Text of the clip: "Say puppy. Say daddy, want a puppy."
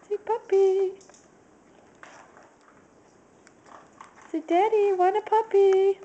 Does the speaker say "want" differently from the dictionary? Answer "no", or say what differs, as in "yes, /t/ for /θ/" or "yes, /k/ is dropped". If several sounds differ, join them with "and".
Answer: yes, /t/ is dropped